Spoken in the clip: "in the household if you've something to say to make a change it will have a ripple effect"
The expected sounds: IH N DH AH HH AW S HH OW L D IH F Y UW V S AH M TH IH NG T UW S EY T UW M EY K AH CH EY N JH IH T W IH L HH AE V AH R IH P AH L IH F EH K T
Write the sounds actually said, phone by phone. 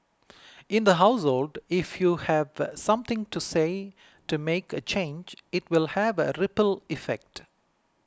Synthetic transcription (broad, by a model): IH N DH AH HH AW S HH OW L D IH F Y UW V S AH M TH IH NG T UW S EY T UW M EY K AH CH EY N JH IH T W IH L HH AE V AH R IH P AH L IH F EH K T